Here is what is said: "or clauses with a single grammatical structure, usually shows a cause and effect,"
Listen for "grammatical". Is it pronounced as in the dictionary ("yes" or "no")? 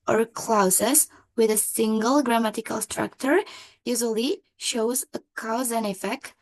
yes